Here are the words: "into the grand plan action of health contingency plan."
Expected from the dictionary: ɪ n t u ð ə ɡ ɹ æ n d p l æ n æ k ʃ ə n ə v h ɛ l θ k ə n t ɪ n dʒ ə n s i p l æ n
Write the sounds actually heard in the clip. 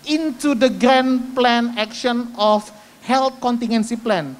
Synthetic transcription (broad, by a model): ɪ n t u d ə ɡ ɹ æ n p l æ n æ k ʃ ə n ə f h ɛ l t k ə n t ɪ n ə n s i p l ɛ n